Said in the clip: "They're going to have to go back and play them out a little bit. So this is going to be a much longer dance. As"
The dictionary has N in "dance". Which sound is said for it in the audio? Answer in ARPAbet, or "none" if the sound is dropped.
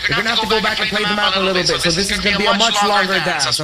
none